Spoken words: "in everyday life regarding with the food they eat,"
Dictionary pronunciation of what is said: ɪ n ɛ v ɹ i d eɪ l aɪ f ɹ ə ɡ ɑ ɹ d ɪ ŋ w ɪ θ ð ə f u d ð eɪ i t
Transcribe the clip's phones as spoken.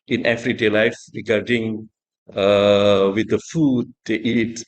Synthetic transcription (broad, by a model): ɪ n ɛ f ɹ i d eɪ l aɪ f ɹ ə ɡ ɑ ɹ d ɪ ŋ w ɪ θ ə f u d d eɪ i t